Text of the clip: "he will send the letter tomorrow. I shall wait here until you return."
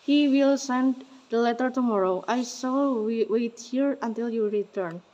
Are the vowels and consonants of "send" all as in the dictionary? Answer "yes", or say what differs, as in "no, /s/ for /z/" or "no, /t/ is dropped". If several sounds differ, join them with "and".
yes